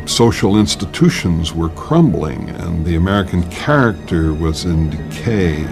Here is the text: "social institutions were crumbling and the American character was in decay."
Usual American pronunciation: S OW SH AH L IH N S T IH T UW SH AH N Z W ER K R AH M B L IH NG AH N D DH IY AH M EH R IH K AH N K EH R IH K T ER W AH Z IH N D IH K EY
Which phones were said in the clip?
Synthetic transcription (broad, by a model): S OW SH L IH N S T IH T UW SH AH N Z W ER K R AH M B L IH NG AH N DH IY AH M EH R IH K AH N K EH R IH K T ER W AH Z IH N D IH K EY